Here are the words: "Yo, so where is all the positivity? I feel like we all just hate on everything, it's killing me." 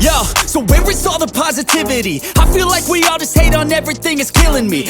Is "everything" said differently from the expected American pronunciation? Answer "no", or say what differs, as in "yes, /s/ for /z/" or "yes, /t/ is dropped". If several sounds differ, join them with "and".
no